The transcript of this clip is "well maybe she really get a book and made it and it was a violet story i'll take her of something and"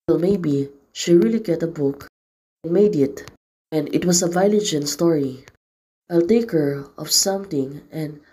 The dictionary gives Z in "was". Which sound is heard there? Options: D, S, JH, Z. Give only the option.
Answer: S